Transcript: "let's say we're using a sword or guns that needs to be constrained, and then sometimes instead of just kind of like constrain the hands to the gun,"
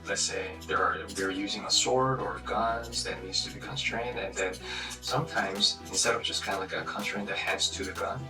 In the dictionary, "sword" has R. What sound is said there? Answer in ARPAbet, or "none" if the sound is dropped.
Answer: R